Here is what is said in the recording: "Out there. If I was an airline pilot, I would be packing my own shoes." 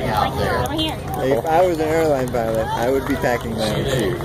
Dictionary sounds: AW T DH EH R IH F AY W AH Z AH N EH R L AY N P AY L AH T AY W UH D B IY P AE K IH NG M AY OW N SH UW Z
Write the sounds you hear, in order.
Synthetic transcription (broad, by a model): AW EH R IH F AY W AH Z AH N EH R L AY N P AY L AH T AY W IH D B IY P AE K IH NG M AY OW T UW